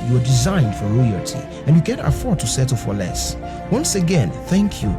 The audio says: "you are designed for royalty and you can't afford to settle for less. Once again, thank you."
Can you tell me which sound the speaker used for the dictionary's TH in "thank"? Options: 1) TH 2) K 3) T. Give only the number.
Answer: 1